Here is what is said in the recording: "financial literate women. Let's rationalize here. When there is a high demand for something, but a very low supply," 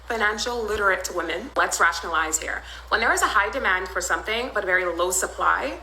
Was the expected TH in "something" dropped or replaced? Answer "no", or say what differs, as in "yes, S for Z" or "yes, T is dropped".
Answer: no